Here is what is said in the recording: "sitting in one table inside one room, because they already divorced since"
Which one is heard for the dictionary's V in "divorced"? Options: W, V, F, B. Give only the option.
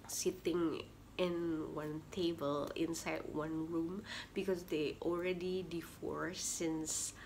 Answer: F